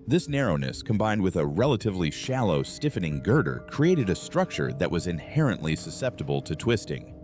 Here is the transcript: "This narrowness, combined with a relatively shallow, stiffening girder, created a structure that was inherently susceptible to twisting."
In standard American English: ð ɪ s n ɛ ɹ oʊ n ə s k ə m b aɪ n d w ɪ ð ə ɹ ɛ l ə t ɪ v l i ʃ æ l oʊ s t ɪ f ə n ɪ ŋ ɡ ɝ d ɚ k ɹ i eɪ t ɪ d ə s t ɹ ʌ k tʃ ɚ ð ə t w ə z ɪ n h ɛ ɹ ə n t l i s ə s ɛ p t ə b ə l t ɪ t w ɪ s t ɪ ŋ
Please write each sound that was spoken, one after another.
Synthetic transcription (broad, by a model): ð ɪ s n ɛ ɹ oʊ n ə s k ə m b aɪ n d w ɪ ð ə ɹ ɛ l ə t ɪ v l i ʃ æ l oʊ s t ɪ f ə n ɪ ŋ ɡ ɝ d ɚ k ɹ i eɪ t ɪ d ə s t ɹ ʌ k tʃ ɚ ð ə t w ə z ɪ n h ɛ ɹ ə n t l i s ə s ɛ p t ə b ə l t ɪ t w ɪ s t ɪ ŋ